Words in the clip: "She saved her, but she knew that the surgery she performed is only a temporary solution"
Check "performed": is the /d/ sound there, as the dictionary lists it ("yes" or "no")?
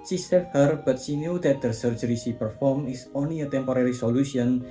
no